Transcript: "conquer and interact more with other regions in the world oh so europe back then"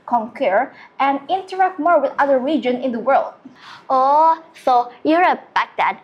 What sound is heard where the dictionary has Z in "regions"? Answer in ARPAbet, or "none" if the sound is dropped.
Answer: none